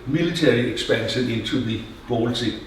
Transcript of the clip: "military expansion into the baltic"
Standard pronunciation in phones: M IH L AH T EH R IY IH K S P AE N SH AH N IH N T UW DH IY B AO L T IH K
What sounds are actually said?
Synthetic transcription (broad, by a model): M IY L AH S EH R IY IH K S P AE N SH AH N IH N S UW DH IY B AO L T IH